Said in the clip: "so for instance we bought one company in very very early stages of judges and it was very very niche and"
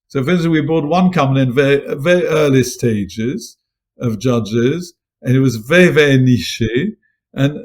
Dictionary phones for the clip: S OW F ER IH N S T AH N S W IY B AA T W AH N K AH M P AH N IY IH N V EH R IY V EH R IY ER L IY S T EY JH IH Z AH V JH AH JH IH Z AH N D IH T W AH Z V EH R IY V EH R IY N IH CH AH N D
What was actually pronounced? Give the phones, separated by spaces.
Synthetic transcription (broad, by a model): S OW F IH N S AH W IY B AA T W AH N K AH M AH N IH N V EH R IY V EH R IY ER L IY S T EY JH IH Z AH V JH AH JH IH Z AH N IH T W AH Z V EH R IY V EH R IY N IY SH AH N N